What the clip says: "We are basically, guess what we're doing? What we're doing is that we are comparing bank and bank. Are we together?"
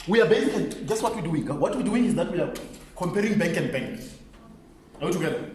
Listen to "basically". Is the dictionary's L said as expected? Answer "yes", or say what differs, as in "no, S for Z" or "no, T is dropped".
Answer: no, L is dropped